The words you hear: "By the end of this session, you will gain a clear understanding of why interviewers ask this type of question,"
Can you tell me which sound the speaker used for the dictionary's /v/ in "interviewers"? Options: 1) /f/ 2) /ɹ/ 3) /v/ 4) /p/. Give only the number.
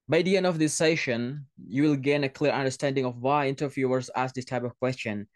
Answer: 1